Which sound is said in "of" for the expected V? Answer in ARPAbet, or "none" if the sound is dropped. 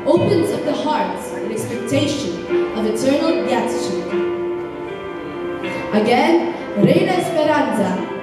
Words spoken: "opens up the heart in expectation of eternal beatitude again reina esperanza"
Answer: V